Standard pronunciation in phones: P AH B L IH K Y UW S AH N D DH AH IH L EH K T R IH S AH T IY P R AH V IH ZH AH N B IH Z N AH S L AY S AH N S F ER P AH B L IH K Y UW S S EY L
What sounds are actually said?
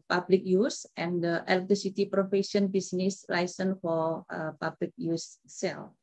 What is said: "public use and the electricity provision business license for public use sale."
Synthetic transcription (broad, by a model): P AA B L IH K Y UW S AH N D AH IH L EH K T R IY S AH T IY P R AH F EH SH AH N B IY S N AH S L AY S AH N F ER P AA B L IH K Y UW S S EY L